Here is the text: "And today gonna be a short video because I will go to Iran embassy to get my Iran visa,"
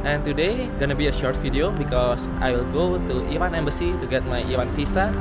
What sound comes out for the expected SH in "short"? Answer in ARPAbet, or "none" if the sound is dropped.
SH